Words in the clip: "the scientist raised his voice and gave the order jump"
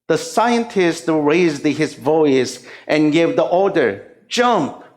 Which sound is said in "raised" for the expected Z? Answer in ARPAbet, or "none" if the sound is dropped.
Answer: Z